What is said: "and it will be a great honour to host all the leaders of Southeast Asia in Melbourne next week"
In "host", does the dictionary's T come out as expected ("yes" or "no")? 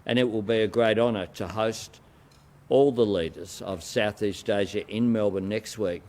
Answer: yes